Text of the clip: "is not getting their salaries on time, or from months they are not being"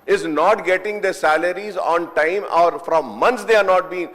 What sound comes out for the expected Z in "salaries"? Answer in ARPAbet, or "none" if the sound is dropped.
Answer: Z